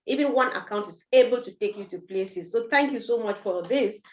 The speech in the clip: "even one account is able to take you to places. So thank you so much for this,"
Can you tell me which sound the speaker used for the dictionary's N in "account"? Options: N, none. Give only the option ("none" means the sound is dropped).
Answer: N